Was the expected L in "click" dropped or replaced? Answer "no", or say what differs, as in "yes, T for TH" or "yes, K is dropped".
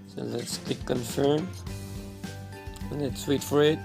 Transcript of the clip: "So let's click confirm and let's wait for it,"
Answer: yes, L is dropped